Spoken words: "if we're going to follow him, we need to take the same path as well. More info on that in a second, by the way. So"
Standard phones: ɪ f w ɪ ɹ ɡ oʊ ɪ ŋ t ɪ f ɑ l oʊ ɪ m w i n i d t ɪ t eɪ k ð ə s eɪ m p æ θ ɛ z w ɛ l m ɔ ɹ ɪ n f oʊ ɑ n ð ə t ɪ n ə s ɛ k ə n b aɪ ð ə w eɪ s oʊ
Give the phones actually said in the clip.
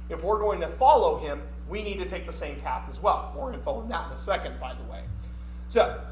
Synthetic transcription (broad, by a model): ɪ f w ɪ ɹ ɡ oʊ ɪ ŋ t ɪ f ɑ l oʊ ɪ m w i n i d t ɪ t eɪ k ð ə s eɪ m p æ θ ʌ z w ɛ l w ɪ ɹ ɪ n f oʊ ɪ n ð ə t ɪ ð ə s ɛ k ə n b aɪ ð ə w eɪ s oʊ